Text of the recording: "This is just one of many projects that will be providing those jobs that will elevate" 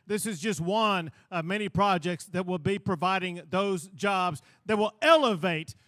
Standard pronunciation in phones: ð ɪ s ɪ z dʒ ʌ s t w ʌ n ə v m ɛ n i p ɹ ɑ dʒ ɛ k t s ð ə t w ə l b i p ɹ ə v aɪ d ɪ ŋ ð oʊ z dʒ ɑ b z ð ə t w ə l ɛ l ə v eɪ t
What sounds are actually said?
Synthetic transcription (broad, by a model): ð ɪ s ɪ z dʒ ʌ s t w ʌ n ə v m ɛ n i p ɹ ɑ dʒ ɛ k t s ð ə t w ə l b i p ɹ ə v aɪ d ɪ ŋ ð oʊ z dʒ ɑ b z ð ə t w ə l ɛ l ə v eɪ t